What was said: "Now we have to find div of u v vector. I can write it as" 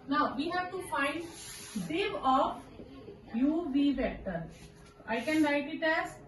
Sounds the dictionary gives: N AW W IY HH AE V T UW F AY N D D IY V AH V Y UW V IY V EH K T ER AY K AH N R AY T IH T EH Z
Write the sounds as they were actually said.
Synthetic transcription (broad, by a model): N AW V IY HH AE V T UW F AY N D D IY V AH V Y UW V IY B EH T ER AY K AH N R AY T IH T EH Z